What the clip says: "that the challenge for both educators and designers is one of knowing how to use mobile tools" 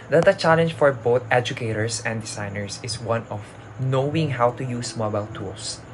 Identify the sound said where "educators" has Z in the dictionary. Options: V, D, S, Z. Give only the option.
S